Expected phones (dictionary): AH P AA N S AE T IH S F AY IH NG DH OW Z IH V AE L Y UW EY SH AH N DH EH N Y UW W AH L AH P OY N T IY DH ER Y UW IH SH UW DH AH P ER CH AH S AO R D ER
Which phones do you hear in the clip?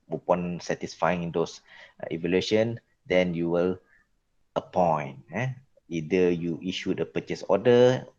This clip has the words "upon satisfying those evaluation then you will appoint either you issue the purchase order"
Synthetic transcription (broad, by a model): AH P AA N S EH T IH S F AY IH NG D OW S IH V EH L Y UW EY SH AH N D EH N Y UW W AH L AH P OY N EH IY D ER Y UW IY SH UW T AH P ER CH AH S AO D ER